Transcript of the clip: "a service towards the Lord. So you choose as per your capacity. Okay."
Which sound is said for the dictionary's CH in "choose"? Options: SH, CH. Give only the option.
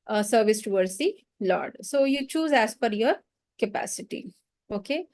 CH